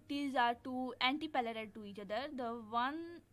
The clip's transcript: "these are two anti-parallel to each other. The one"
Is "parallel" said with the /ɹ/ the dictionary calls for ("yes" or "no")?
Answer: no